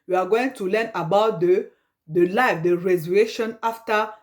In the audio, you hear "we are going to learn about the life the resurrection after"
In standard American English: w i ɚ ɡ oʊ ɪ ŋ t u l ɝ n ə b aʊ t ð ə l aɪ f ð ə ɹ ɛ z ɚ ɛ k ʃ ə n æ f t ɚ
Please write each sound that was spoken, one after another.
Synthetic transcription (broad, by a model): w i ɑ ɡ oʊ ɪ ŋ t u l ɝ n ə b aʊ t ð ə l aɪ f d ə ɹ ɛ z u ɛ ʃ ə n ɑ f t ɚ